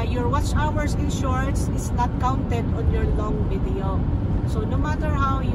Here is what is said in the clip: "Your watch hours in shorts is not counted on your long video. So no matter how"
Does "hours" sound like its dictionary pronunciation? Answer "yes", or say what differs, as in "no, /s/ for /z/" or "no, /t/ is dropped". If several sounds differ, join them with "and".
no, /s/ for /z/